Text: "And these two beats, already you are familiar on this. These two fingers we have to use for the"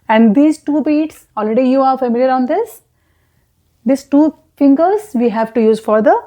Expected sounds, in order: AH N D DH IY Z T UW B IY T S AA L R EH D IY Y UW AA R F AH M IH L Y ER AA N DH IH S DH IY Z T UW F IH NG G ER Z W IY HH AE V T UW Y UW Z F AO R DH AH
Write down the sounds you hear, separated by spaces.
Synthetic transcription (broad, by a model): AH N D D IY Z T UW B IY T S AA L R EH D IY Y UW AA R F AH M IH L Y ER AA N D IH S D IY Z T UW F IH NG G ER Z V IY HH AE V T UW Y UW Z F AO R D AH